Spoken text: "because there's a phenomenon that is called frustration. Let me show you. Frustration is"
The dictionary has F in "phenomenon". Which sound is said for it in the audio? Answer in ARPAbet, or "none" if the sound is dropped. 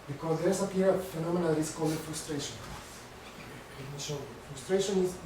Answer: P